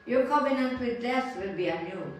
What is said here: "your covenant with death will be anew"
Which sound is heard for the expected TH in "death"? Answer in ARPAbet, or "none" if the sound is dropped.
S